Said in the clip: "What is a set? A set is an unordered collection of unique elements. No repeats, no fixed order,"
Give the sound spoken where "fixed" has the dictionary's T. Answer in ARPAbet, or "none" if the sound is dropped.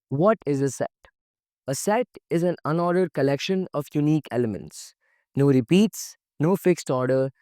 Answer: T